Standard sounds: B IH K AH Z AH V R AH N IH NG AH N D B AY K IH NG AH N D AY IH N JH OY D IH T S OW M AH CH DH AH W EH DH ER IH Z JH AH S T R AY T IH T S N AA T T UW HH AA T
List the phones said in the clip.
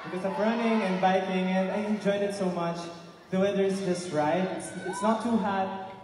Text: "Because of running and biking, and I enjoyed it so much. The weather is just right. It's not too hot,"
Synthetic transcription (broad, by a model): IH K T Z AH P R AH N IH NG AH N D B AY K IH NG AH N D AY IH N JH OY D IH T S OW M AH CH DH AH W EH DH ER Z JH AH S T R AY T IH T S N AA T T UW HH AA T